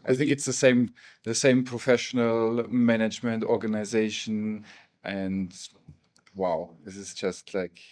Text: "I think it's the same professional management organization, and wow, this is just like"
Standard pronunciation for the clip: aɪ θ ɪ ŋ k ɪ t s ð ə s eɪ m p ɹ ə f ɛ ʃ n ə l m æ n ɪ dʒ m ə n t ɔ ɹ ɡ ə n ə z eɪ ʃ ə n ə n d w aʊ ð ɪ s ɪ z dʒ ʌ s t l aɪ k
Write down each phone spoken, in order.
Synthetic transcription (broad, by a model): aɪ θ ɪ ŋ k ɪ t s ð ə s eɪ m p ɹ ə f ɛ ʃ n ə l m æ n ɪ dʒ m ə n t ɔ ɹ ɡ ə n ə z eɪ ʃ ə n ə n d w aʊ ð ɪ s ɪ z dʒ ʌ s t l aɪ k